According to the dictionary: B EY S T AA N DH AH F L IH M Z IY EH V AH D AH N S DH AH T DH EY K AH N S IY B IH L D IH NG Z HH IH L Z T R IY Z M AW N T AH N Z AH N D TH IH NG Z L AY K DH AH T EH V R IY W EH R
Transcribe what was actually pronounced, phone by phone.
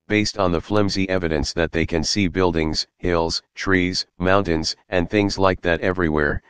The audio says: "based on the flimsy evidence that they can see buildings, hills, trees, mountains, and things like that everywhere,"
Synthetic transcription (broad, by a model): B EY S T N DH AH F L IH M Z IY EH V AH D AH N S DH AH T DH EY K AH N S IY B IH L D IH NG Z HH IH L Z T R IY Z M AW N T AH N Z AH N TH IH NG Z L AY K DH AH T EH V R IY W EH R